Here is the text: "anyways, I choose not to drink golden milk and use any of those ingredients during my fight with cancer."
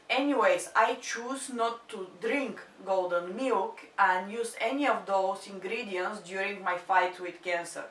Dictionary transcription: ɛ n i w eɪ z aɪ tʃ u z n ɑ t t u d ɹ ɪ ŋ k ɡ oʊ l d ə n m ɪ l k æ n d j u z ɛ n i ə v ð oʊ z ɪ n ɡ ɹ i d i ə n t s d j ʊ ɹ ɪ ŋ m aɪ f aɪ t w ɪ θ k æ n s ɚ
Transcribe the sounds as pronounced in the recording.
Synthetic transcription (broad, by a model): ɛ n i w eɪ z aɪ tʃ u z n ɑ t t u d ɹ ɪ ŋ k ɡ oʊ l d ə n m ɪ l k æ n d j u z ɛ n i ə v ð oʊ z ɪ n ɡ ɹ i d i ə n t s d j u ɹ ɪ ŋ m aɪ f aɪ t w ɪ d k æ n s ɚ